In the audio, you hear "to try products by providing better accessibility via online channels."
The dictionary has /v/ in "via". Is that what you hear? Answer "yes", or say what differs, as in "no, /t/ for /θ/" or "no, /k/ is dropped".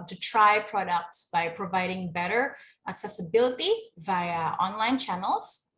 yes